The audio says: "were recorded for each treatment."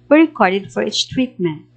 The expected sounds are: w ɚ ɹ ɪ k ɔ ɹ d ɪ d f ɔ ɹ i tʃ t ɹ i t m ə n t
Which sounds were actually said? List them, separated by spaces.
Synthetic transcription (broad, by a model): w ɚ ɹ ɪ k ɔ ɹ d ɪ d f ɔ ɹ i s t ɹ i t m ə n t